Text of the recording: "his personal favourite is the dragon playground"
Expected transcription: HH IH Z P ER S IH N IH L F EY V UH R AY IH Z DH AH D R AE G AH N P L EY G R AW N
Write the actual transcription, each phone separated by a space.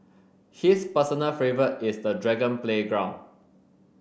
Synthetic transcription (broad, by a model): HH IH S P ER S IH N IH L F EY V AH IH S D AH D R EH G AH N P L EY G R AW N